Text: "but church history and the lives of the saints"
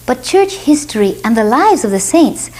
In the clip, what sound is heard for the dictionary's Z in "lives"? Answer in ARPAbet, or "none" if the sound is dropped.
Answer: Z